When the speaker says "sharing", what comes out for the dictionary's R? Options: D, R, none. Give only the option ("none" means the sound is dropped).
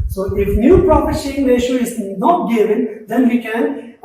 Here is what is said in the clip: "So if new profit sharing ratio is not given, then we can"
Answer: none